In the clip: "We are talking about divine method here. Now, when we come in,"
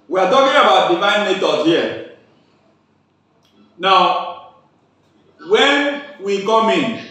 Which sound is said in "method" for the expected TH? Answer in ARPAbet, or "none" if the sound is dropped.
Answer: T